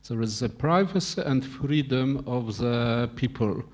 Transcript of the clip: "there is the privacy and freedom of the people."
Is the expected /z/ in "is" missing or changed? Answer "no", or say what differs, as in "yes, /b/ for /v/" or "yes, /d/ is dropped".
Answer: no